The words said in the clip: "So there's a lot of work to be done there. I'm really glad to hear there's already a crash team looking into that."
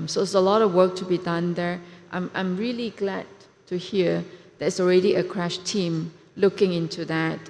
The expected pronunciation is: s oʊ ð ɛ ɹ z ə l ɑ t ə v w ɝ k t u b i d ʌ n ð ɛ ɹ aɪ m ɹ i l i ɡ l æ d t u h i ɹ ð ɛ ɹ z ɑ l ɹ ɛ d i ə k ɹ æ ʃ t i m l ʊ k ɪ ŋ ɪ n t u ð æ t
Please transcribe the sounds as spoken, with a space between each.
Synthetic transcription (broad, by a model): s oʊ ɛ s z ə l ɑ t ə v w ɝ k t u b i d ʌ n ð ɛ ɹ aɪ m ɹ i l i ɡ l æ d t u h i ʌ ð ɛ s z ɑ l ɹ ɛ d i ə k ɹ æ ʃ t i m l ʊ k ɪ ŋ ɪ n t u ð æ t